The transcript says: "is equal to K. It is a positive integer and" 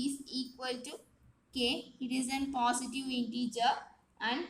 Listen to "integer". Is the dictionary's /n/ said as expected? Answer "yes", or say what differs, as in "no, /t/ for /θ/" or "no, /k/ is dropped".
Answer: yes